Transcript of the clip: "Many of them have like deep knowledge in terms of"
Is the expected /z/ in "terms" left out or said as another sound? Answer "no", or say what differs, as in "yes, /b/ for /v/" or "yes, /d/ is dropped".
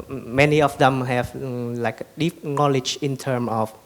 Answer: yes, /z/ is dropped